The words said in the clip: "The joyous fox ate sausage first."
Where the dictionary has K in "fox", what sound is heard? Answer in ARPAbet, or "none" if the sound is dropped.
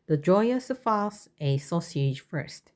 none